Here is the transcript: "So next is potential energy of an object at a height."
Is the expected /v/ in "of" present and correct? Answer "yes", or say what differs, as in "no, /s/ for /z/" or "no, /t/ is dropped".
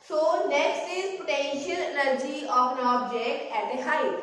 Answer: no, /p/ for /v/